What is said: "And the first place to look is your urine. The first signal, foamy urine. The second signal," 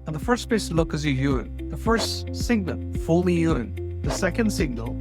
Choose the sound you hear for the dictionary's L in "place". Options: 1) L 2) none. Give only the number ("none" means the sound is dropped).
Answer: 2